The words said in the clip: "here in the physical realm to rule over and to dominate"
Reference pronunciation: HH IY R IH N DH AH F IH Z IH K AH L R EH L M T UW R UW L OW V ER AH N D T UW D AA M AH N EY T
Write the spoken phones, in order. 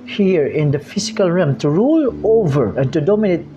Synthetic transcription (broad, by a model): HH IY R IH N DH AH F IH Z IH K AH L R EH M T UW R UW L OW V ER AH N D T UW D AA M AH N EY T